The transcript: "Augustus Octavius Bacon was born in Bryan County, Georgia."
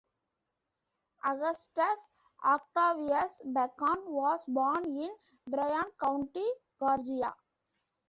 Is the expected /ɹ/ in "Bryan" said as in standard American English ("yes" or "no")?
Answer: yes